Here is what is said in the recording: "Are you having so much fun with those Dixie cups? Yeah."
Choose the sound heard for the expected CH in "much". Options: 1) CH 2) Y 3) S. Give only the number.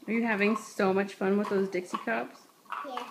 1